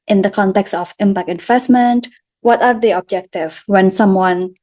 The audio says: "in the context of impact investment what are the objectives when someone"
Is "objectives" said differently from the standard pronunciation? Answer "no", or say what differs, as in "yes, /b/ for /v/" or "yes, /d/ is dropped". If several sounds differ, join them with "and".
yes, /z/ is dropped